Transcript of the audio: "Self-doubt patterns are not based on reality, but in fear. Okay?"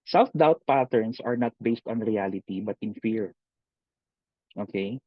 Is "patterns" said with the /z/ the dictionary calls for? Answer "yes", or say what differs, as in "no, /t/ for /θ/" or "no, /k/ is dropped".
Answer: no, /s/ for /z/